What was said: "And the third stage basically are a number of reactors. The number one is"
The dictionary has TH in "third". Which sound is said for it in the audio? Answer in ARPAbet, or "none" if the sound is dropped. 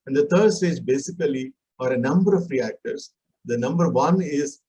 T